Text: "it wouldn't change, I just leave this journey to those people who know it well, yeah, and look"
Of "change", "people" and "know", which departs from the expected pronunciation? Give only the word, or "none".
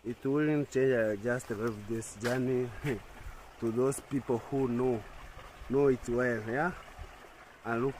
none